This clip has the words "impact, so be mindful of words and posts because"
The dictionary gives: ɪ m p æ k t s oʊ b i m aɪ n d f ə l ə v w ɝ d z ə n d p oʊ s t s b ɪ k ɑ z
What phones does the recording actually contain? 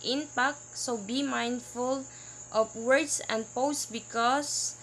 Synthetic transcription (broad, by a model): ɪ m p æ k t s oʊ b i m aɪ n d f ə l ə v w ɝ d s ə n d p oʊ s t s b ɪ k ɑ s